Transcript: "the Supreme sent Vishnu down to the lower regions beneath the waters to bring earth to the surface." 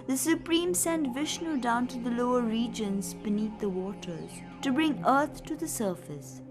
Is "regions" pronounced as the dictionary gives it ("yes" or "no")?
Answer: yes